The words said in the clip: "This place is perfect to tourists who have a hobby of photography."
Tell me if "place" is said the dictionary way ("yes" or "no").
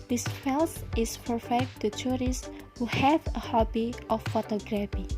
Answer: no